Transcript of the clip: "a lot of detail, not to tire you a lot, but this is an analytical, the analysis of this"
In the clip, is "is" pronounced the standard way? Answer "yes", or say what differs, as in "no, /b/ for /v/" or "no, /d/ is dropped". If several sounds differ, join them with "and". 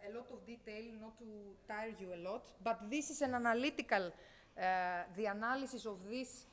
no, /s/ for /z/